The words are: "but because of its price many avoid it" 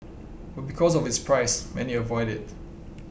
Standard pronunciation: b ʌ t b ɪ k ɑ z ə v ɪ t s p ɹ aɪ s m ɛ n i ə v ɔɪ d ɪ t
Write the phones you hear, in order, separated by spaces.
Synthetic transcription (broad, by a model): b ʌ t b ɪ k ɑ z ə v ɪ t s p ɹ aɪ s m ɛ n i ə v ɔɪ d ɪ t